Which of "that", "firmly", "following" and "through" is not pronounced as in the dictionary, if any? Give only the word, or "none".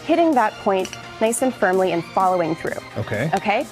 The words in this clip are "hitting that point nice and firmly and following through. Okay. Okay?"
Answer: none